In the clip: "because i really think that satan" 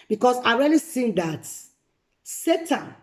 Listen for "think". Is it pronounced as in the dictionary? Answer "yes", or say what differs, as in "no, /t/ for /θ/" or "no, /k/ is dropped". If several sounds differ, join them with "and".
no, /s/ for /θ/